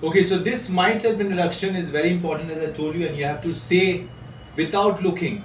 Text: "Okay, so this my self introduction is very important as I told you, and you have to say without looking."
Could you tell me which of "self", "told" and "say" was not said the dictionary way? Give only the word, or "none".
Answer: told